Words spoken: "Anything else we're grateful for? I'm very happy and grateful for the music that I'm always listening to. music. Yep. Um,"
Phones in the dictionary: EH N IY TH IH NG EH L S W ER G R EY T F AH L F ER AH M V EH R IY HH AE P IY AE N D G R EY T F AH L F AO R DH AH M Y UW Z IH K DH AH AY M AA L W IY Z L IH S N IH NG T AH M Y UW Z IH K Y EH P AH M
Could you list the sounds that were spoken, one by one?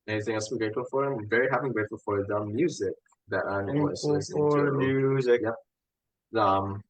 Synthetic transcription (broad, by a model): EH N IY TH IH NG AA S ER G R EY T F AH L F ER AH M V EH R IY HH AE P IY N G R EY T F AH L F AO R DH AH M Y UW Z IH K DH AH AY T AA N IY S IH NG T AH M Y UW Z IH K Y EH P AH M